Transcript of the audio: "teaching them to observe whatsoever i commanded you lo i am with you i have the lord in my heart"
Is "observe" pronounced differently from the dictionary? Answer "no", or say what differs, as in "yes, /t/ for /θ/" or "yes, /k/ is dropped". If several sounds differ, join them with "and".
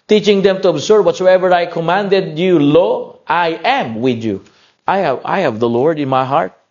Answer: yes, /b/ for /v/